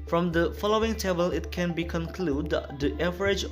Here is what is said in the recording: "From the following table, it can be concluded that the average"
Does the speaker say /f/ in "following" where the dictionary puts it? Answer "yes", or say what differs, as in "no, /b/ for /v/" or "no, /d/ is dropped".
yes